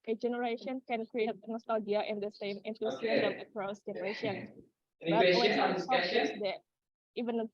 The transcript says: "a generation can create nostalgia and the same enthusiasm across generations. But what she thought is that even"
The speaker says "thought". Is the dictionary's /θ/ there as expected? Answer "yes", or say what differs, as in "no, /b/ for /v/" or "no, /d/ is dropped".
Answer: no, /s/ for /θ/